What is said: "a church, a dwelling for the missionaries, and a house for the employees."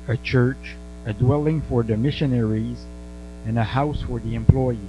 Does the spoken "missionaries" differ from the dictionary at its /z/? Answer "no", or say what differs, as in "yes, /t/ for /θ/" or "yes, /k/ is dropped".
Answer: no